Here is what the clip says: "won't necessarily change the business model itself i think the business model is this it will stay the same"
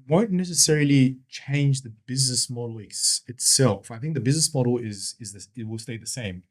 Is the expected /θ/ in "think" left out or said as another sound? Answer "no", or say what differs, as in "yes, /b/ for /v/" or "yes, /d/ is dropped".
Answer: no